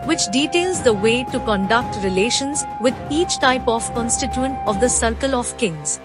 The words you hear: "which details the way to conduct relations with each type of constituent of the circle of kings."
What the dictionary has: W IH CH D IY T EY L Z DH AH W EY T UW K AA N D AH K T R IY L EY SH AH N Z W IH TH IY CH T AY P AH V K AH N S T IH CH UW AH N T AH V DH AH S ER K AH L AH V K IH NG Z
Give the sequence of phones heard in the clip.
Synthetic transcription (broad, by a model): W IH CH D IY T EY L Z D AH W EY T UW K AA N D AH K T R IY L EY SH AH N Z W IH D IY CH T AY P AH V K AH N S T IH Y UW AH N T AH V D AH S ER K AH L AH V K IH NG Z